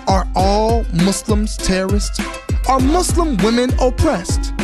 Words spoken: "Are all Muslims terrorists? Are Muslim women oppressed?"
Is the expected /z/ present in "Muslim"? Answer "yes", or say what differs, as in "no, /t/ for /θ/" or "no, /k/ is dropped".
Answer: no, /s/ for /z/